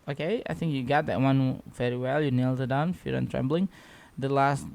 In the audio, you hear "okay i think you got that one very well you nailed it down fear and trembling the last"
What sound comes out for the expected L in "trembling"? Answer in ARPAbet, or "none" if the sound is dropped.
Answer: L